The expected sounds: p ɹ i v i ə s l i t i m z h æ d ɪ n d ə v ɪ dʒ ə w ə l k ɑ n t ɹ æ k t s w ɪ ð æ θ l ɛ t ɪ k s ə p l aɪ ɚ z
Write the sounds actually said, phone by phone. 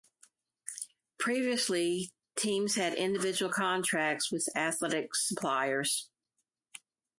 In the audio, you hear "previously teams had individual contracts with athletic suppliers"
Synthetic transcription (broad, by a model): p ɹ i v i ə s l i t i m z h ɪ d ɪ n d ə v ɪ dʒ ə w l k ɑ n t ɹ æ k t s w ɪ ð æ θ l ɛ t ɪ k s ə p l aɪ ɚ z